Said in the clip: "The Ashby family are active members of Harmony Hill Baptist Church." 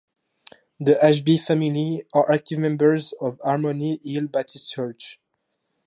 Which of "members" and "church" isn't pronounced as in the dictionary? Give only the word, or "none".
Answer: none